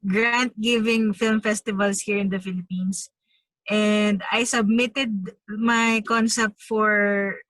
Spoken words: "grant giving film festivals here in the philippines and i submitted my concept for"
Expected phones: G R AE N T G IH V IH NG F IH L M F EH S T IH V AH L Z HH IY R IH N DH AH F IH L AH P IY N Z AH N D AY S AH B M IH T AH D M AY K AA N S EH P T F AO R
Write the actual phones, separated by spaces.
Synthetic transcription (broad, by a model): G R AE N T G IH V IH NG F IH L M F EH S T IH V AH L S HH IY R IH N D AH F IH L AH P IY N S AH N D AY S AH B M IH T AH D M AY K AA N S EH P T F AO R